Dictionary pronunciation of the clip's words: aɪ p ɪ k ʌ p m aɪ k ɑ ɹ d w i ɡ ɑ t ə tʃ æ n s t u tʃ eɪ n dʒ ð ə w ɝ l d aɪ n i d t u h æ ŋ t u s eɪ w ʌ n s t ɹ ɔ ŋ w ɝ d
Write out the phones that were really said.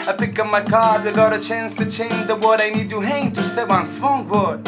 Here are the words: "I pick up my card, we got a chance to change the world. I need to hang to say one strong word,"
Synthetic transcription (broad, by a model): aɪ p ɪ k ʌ m aɪ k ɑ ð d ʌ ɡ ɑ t ə tʃ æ n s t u tʃ eɪ n dʒ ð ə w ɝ d aɪ n i d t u h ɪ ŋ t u s eɪ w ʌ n s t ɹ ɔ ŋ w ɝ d